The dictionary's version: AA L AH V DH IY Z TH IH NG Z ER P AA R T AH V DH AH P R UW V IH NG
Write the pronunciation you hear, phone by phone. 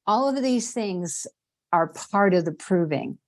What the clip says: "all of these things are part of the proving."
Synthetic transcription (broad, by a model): AA L AH V DH IY Z TH IH NG Z ER P AA R T AH V DH AH P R UW V IH NG